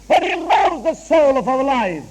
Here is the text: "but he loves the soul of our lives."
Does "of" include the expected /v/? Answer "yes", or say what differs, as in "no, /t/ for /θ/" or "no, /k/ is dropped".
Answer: yes